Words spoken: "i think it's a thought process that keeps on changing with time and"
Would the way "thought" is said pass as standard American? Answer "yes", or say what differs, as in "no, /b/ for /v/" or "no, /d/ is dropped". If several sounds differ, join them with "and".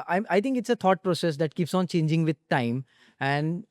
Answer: no, /t/ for /θ/